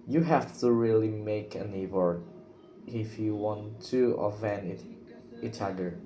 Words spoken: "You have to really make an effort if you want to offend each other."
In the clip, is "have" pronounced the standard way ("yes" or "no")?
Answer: no